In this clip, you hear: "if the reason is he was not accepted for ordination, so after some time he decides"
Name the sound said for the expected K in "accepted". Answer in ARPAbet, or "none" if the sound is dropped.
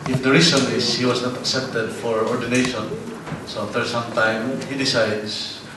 K